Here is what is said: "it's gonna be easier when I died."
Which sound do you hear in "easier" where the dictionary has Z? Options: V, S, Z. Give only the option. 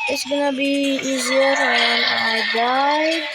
Z